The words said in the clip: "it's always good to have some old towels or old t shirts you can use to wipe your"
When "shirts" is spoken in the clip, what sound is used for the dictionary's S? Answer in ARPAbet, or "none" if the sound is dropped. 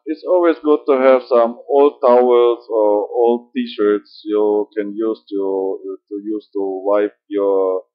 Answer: S